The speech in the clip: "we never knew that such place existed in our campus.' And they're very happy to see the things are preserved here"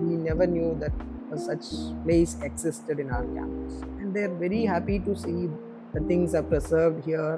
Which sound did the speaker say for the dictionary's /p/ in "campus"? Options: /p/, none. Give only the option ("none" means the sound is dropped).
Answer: none